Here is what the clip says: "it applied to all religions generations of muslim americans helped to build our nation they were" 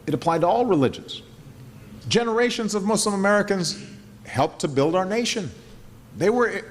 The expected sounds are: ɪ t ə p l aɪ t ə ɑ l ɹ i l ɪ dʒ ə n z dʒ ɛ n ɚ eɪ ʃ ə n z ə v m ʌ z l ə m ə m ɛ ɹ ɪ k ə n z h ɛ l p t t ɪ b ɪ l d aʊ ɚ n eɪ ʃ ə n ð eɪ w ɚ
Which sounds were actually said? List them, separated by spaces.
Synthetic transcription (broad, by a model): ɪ t ə p l aɪ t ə ɑ l ɹ i l ɪ dʒ ə n z dʒ ɛ n ɚ eɪ ʃ ə n z ə v m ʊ s l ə m ə m ɛ ɹ ɪ k ə n z h ɛ l p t t ɪ b ɪ l d aʊ ɚ n eɪ ʃ ə n ð eɪ w ɚ